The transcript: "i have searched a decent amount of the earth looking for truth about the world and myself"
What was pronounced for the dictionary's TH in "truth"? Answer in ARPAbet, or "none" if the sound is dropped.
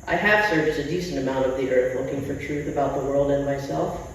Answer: TH